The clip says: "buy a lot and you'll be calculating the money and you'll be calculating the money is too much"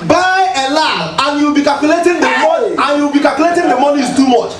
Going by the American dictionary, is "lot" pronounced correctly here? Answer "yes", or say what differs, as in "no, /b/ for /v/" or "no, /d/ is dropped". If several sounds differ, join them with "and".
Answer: no, /t/ is dropped